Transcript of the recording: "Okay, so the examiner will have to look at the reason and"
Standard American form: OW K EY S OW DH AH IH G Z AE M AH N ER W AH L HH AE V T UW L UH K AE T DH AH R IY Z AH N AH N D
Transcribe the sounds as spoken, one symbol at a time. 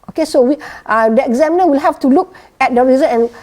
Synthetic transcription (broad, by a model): OW K EY S OW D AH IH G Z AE M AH N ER W AH L HH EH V T UW L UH K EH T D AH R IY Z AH AH N